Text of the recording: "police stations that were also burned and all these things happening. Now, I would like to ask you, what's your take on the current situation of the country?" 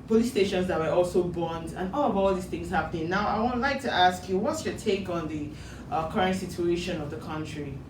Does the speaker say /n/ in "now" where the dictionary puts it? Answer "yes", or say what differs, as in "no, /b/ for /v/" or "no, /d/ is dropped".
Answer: yes